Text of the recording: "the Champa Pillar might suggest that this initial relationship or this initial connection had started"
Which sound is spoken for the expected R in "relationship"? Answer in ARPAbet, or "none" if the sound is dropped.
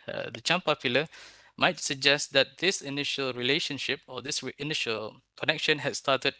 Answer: R